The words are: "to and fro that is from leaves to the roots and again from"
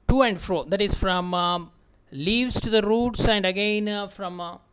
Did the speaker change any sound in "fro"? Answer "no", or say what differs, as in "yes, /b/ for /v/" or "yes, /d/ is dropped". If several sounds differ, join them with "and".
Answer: no